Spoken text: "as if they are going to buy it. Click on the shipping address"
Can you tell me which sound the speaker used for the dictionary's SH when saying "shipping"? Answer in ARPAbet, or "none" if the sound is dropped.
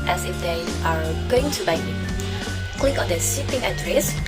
S